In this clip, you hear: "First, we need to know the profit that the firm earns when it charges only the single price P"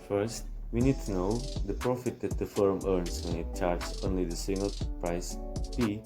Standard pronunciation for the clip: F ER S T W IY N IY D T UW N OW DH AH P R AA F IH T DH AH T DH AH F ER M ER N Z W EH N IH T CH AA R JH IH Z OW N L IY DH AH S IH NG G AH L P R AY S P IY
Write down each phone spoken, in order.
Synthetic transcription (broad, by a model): F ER S T W IY N IY D T UW N OW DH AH P R AA F IH T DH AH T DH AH F ER M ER N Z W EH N IH T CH AA R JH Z OW N L IY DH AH S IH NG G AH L P R AY S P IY